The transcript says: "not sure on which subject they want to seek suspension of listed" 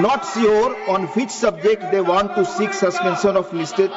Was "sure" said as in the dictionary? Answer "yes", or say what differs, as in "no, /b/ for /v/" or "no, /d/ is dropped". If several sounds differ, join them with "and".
no, /s/ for /ʃ/